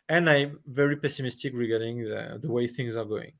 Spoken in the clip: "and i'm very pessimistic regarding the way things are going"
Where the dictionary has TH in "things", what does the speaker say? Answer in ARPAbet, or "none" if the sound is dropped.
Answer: TH